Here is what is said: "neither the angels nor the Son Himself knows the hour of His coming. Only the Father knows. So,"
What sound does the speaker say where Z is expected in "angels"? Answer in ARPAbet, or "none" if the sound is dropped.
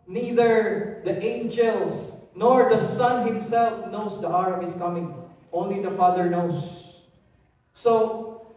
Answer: S